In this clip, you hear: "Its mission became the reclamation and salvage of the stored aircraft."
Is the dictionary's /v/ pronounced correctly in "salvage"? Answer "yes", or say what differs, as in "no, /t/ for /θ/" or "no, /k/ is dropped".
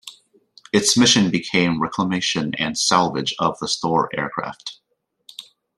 yes